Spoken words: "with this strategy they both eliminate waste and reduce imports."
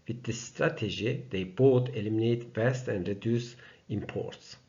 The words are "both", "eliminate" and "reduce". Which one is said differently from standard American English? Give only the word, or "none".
both